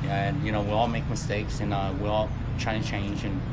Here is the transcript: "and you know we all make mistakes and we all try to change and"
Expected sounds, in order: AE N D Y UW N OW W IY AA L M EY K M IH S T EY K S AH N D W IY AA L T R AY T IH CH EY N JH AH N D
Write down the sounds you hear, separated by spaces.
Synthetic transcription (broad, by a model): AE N Y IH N OW W IY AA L M EY K M IH S T EY K S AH N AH W IY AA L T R AY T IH CH EY N JH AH N